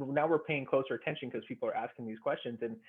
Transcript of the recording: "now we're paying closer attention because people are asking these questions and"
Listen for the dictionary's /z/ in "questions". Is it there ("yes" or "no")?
yes